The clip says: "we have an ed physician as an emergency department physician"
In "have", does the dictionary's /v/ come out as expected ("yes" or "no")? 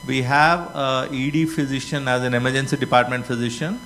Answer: yes